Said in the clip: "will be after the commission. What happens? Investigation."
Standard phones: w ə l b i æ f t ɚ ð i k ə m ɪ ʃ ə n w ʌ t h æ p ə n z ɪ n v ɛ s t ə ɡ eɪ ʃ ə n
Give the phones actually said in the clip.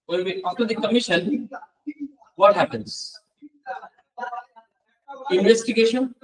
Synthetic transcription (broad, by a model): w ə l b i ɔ t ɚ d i k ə m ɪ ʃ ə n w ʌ t h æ p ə n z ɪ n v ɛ s t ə ɡ eɪ ʃ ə n